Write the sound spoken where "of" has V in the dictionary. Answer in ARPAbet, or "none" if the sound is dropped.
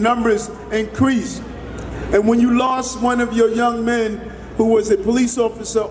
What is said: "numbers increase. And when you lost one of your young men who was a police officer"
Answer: V